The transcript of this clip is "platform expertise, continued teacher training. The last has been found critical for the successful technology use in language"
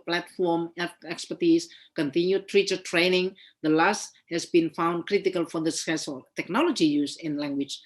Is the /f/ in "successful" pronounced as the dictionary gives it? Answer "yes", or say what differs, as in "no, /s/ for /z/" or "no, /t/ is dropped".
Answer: no, /f/ is dropped